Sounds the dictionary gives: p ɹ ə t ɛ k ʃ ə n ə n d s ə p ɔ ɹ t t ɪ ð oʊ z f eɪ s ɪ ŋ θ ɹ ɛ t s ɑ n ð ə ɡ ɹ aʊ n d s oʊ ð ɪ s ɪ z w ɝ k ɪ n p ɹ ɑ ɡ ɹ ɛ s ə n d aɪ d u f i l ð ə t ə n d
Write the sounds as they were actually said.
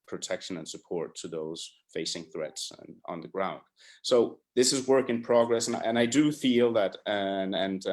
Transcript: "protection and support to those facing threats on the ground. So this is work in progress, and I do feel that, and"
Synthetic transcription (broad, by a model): p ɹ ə t ɛ k ʃ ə n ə n s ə p ɔ ɹ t t ɪ ð oʊ z f eɪ s ɪ ŋ θ ɹ ɛ t s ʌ n ð ə ɡ ɹ aʊ n d s oʊ ð ɪ s ɪ z w ɝ k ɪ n p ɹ ɑ ɡ ɹ ɛ s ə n aɪ d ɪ f i l ð ə t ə n